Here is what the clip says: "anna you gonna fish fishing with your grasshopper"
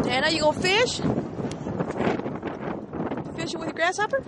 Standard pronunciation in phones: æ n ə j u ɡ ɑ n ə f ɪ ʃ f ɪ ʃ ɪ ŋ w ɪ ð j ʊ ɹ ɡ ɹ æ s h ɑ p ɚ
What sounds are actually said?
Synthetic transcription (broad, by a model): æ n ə j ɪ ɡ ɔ ə f ɪ ʃ f ɪ ʃ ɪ w ɪ ð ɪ ɡ ɹ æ s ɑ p ɚ